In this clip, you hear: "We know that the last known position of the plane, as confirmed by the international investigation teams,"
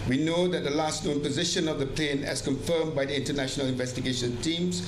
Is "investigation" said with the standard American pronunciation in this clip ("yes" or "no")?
yes